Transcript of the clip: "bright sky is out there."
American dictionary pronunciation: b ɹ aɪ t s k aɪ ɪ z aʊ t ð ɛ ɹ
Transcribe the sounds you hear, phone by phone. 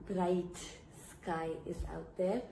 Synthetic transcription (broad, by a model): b ɹ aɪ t s k aɪ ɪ s aʊ t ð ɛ ɹ